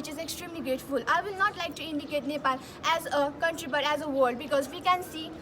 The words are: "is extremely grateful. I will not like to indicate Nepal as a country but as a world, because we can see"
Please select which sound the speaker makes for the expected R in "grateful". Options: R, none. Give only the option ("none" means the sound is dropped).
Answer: none